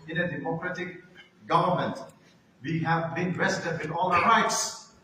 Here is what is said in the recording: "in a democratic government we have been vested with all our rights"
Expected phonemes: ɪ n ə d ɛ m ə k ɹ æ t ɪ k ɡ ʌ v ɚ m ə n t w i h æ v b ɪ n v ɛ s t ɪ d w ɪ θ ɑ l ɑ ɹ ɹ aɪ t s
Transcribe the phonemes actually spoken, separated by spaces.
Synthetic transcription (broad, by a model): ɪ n ə d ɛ m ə k ɹ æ t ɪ k ɡ ʌ v ɚ m ə n t w i h æ v b ɪ n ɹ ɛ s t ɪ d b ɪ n ɑ l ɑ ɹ ɹ aɪ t s